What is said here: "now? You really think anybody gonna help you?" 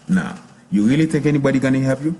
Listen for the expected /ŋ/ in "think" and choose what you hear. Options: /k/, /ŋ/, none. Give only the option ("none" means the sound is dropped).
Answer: none